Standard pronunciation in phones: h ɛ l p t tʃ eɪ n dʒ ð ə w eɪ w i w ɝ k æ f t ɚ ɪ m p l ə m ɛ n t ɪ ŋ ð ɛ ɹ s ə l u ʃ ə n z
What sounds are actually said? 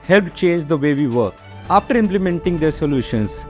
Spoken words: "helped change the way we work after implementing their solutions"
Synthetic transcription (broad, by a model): h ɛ l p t tʃ eɪ n dʒ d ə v eɪ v i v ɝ ɑ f t ɚ ɪ m p l ə m ɛ n t ɪ ŋ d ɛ ɹ s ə l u ʃ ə n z